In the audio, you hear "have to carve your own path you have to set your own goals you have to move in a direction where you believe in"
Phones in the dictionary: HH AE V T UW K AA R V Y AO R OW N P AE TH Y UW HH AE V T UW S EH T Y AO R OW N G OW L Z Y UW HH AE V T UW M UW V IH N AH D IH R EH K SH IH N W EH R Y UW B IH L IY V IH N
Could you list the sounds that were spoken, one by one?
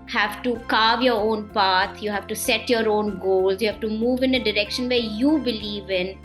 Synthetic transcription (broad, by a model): HH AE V T UW K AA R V Y AO R OW N P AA T Y UW HH AE V T UW S EH T Y AO R OW N G OW L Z Y UW HH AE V T UW M UW V IH N AH D IH R EH K SH IH N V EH R Y UW B IH L IY V IH N